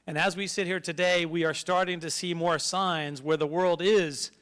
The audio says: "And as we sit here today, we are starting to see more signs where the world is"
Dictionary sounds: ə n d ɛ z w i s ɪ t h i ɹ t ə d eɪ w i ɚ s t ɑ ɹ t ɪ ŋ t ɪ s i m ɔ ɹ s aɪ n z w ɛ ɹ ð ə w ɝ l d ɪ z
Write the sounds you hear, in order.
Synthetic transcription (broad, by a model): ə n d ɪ z w i s ɪ t h i ɹ t ə d eɪ w i ɚ s t ɑ ɹ t ɪ ŋ t ɪ s i m ɔ ɹ s aɪ n z w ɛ ɹ ð ə w ɝ l d ɪ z